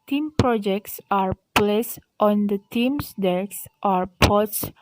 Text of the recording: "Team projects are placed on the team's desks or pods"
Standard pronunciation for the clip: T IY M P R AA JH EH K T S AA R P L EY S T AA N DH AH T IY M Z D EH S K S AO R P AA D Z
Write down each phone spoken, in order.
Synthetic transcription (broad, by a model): T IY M P R AA JH EH K T S AA R P L EY S T AA N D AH T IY M S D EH K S AO R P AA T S